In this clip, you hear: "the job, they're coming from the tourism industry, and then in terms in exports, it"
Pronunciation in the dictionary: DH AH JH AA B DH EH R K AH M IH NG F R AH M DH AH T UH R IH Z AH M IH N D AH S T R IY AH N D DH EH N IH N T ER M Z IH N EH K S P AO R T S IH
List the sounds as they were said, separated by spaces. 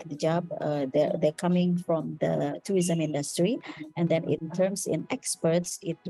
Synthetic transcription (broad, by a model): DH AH JH AA B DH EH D K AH M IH NG F R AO M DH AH T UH R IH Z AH M IH N D AH S T R IY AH N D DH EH N IH N T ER M S IH N EH K S P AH R T S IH